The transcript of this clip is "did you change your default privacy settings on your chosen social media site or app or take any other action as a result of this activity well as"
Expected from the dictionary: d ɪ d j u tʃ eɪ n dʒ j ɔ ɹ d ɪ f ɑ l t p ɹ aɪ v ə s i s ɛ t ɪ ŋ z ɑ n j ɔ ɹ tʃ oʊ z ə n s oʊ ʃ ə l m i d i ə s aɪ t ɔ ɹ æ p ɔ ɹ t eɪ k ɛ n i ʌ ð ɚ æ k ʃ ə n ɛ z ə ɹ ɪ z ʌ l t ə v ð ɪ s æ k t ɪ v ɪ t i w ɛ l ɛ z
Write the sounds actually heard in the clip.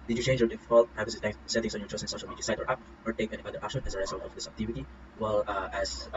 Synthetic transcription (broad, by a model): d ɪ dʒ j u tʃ eɪ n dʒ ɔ d ɪ f ɑ l t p ɹ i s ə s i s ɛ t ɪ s ɑ n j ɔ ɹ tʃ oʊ s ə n s oʊ ʃ ə l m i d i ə s aɪ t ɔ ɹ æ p ɔ ɹ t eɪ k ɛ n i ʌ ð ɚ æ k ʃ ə n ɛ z ə ɹ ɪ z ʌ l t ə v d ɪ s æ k t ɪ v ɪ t i w ɛ l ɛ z